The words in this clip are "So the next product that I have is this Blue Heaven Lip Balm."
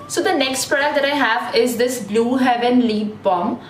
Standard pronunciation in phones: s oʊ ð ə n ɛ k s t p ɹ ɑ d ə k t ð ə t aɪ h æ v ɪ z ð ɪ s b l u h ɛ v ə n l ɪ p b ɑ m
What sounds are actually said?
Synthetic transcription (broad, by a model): s oʊ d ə n ɛ k s t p ɛ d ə t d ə t aɪ h æ v ɪ z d ɪ s b l u h ɛ v ə n l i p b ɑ m